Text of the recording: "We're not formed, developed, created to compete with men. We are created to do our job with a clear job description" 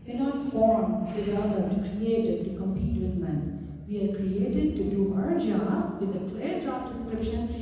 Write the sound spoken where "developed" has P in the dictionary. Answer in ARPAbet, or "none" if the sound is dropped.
none